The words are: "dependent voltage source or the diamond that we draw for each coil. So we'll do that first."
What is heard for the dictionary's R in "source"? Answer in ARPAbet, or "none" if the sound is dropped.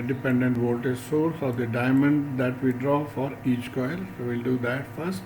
R